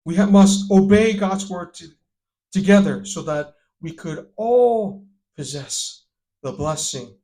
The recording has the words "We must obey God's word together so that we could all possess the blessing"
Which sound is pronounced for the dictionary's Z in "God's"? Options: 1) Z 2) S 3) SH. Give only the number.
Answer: 1